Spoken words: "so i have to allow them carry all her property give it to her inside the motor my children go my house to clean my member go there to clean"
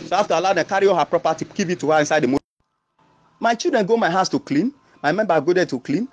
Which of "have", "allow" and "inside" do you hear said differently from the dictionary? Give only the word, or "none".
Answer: have